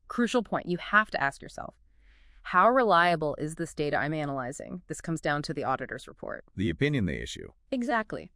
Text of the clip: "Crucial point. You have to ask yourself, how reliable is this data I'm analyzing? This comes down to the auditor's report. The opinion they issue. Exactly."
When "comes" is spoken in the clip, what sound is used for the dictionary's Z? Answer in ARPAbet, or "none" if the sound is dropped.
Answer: Z